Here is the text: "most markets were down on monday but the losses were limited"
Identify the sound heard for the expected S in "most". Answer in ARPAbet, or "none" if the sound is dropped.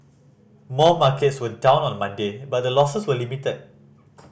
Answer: none